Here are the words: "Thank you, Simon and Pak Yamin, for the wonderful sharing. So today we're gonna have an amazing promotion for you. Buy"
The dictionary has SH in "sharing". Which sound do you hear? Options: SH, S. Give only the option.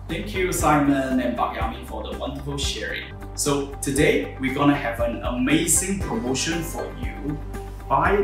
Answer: SH